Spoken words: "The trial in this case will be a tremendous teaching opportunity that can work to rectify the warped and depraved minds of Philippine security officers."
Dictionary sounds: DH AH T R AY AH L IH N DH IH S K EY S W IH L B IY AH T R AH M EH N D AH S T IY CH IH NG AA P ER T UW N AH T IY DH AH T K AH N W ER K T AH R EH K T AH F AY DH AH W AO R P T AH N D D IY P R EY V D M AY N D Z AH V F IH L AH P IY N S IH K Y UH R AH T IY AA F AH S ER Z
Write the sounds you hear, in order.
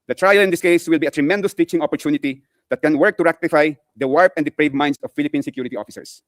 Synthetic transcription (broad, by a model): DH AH T R AY AH L IH N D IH S K EY S W IH L B IY AH T R AH M EH N D AH S T IY CH IH NG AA P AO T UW N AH T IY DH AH T K AH N W ER K T AH R EH K T AH F AY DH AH W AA R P AH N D D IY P R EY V M AY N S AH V F IH L AH P IY N S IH K Y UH R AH T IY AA F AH S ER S